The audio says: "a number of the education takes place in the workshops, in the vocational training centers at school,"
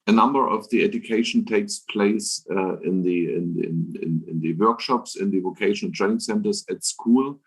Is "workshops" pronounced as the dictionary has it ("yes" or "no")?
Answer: yes